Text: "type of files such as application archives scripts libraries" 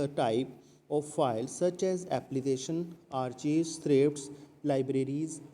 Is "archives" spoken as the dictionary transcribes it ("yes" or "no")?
no